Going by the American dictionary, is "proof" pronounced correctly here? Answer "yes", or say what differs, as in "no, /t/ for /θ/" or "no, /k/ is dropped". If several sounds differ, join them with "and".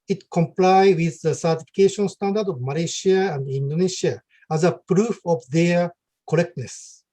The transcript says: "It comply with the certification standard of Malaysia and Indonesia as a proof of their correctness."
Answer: yes